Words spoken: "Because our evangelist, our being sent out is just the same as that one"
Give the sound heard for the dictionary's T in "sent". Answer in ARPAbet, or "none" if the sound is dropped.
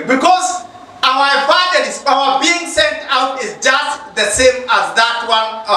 T